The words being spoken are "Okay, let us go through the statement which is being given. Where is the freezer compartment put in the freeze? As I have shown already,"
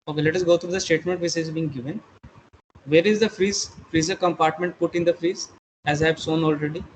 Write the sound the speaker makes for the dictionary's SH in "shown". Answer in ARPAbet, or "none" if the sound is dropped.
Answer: S